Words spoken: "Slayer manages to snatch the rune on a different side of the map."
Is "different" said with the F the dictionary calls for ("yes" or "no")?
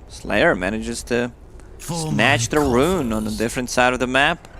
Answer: yes